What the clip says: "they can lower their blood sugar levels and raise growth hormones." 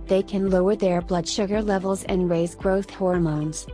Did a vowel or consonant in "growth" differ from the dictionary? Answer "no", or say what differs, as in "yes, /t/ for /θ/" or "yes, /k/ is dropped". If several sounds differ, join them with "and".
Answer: no